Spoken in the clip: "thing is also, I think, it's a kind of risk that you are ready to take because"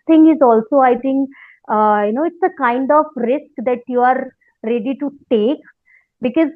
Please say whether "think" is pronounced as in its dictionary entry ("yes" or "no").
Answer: no